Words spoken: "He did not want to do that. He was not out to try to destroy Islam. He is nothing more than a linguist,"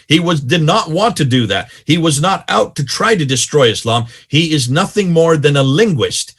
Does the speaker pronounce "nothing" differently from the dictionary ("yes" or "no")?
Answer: no